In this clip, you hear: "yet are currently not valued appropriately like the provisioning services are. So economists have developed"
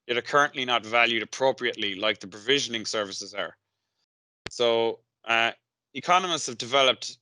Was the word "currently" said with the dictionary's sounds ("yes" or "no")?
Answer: yes